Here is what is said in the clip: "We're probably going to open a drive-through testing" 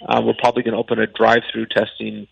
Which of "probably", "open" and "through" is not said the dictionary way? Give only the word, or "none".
none